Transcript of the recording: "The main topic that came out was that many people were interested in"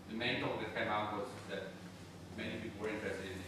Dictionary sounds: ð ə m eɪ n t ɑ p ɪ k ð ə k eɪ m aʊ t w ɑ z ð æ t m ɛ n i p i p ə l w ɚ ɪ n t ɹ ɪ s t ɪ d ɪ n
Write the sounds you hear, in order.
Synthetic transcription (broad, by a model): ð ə m eɪ n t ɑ ɪ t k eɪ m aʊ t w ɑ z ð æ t m ɛ n i p i p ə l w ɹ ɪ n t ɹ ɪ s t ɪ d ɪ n